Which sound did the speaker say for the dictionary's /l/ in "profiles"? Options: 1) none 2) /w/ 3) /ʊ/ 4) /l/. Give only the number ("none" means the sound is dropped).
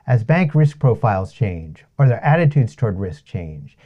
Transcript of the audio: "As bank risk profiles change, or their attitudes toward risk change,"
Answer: 4